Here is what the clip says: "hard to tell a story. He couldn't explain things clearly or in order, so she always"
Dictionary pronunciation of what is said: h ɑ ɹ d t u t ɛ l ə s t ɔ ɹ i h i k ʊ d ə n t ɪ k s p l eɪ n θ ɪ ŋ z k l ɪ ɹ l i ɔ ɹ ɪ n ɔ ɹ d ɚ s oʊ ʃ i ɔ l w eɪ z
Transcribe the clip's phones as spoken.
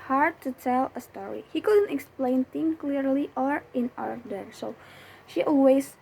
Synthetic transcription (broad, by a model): h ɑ ɹ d t u t ɛ l ə s t ɔ ɹ i h i k ʊ d ə n t ɪ k s p l eɪ n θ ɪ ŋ k l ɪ ɹ l i ɔ ɹ ɪ n ɔ ɹ d ɚ s oʊ ʃ i ɔ l w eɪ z